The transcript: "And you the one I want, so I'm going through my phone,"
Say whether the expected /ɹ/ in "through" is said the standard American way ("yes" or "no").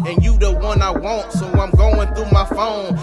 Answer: no